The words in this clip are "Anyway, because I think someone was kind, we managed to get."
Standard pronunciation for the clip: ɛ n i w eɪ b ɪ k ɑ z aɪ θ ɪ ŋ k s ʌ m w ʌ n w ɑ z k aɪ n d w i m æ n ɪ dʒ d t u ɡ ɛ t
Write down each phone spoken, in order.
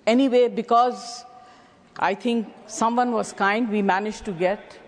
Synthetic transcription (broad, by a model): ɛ n i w eɪ b ɪ k ɑ z aɪ t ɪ ŋ k s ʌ m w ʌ n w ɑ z k aɪ n d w i m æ n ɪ dʒ t u ɡ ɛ t